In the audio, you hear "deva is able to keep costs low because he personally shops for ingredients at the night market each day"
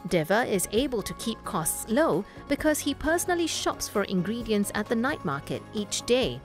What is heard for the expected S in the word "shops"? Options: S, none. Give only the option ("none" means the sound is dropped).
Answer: S